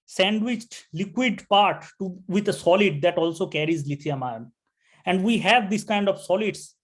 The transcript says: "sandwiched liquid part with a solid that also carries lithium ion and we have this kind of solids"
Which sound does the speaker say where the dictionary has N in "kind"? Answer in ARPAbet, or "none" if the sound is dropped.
N